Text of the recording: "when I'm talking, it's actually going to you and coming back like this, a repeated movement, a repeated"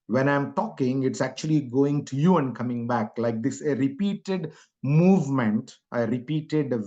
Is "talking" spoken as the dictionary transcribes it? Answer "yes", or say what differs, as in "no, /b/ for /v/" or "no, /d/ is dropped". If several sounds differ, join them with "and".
yes